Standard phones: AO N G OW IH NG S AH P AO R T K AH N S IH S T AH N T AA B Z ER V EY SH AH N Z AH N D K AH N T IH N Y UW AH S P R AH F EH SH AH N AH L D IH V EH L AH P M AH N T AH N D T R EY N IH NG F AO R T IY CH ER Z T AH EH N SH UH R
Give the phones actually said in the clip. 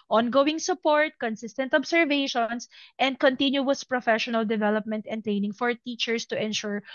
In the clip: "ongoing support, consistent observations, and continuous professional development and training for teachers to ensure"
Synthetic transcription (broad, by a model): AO N G OW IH NG S AH P AO R T K AH N S IH S T AH N T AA B S ER V EY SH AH N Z AH N D K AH N T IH N Y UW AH S P R AH F EH SH AH N AH L D IH V EH L AH P M AH N T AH N T R EY N IH NG F AO R T IY CH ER S T AH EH N SH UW R